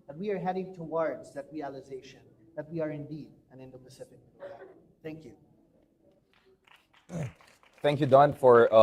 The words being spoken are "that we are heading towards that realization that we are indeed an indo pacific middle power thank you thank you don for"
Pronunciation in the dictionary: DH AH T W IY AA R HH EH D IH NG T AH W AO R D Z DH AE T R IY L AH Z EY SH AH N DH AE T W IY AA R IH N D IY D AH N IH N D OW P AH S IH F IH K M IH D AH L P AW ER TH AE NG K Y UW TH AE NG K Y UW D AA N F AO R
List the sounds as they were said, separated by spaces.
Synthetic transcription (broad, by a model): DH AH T W IY AA R HH EH D IH NG T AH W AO R D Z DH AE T R IY L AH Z EY SH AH N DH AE T W IY AA R IH N D IY D AH N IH N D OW P AH S IH F IH K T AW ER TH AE NG K Y UW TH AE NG K Y UW D AA N F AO R